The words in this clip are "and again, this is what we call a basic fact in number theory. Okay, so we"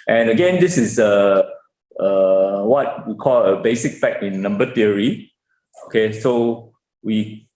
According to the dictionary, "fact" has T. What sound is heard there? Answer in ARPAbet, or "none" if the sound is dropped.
none